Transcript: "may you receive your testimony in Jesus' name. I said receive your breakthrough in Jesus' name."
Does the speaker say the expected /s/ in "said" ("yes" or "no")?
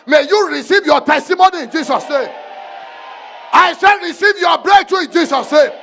no